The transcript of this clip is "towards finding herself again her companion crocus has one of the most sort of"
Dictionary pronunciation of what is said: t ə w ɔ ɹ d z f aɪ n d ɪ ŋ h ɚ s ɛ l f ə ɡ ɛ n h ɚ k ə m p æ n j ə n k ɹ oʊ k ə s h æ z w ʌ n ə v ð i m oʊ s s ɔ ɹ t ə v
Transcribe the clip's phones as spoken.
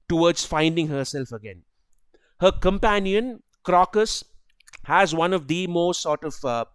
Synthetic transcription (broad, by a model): t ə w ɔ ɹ d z f aɪ n d ɪ ŋ h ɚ s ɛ l f ə ɡ ɛ n h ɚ k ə m p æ n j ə n k ɹ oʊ k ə s h æ z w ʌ n ə v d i m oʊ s s ɔ ɹ t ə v